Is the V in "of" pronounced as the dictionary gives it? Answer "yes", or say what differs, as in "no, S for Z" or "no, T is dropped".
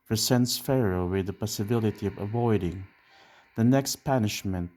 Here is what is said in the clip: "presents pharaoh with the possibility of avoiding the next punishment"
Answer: yes